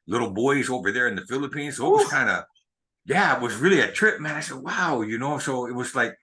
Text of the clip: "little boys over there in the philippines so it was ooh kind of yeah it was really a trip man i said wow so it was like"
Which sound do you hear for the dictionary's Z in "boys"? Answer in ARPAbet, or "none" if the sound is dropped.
Z